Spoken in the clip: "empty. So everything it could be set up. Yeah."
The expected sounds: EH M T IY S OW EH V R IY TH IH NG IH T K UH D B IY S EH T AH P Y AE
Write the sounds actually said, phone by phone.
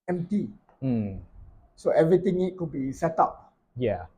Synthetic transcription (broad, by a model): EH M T IY S OW EH V R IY T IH NG IH T K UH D B IY S EH T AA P Y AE